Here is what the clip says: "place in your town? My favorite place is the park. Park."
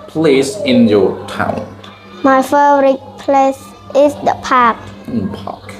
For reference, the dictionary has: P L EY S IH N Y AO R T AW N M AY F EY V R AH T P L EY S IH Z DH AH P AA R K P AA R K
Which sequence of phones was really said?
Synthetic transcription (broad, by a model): P L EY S IH N Y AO T AW N M AY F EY R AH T P L EY S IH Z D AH P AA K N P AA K